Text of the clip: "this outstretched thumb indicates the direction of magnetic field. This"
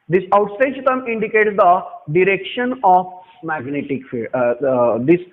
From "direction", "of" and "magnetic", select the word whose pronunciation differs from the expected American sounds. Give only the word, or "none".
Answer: of